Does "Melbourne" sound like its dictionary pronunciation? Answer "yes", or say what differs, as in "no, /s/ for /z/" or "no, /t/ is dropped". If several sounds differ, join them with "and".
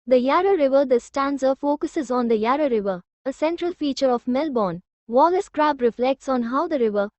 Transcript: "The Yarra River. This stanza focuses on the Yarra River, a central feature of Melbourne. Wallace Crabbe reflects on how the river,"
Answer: yes